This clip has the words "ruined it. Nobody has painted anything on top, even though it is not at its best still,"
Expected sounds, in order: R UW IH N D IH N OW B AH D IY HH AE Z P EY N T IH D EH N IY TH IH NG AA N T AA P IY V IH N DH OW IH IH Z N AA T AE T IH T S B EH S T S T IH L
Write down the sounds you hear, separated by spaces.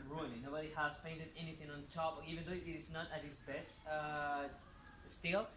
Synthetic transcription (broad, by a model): R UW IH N IH N OW B AH D IY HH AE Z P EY N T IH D EH N IY TH IH NG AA N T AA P IY V IH N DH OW IH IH S N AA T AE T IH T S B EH S T S T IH L